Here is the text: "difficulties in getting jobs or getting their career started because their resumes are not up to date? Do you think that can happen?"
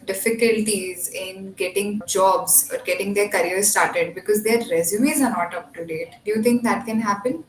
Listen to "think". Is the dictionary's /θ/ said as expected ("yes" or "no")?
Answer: no